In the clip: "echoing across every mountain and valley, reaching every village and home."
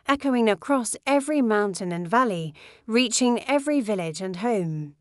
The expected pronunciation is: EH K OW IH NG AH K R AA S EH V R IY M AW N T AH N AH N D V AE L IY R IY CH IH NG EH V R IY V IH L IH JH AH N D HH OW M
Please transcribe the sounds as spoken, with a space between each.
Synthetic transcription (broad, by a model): EH K OW IH NG AH K R AA S EH V R IY M AW N T AH N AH N V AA L IY R IY CH IH NG EH V R IY V IH L IH JH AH N HH OW M